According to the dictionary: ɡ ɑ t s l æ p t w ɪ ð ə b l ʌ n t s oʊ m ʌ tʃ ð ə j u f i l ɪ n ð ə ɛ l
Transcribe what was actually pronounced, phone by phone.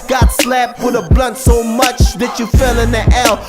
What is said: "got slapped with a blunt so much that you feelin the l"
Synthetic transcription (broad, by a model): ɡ ɑ t s l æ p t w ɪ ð ə b l ʌ n t s oʊ m ʌ tʃ ð ə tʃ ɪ f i l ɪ n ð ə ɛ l